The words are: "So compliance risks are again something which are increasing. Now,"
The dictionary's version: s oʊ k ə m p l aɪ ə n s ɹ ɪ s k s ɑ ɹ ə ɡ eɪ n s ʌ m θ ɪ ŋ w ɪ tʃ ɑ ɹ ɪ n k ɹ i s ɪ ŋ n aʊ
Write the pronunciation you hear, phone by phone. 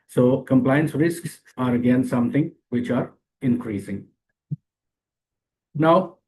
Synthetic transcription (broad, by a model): s oʊ k ə m p l aɪ ə n s ɹ ɪ s k s ɑ ɹ ə ɡ eɪ n s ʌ m t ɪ ŋ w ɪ tʃ ɑ ɹ ɪ n k ɹ i s ɪ ŋ n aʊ